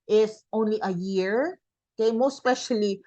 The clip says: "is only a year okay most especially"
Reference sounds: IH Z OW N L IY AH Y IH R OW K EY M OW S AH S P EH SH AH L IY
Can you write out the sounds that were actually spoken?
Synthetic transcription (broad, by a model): IH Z OW N L IY AH Y IH R OW K EY M OW AH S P EH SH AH L IY